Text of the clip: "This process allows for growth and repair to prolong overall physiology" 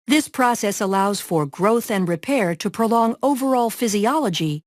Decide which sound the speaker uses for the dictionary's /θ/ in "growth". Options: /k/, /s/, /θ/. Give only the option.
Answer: /θ/